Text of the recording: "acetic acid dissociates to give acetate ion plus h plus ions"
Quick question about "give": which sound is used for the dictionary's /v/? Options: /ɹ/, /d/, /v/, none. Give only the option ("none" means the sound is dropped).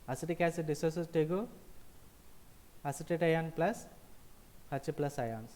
none